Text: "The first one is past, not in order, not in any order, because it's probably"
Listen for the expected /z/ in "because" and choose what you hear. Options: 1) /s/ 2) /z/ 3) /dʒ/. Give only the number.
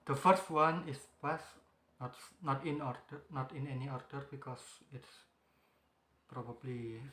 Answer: 1